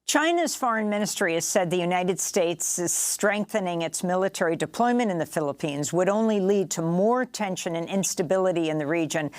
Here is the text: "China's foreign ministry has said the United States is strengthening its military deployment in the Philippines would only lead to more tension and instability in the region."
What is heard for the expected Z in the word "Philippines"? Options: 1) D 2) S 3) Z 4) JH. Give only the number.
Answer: 3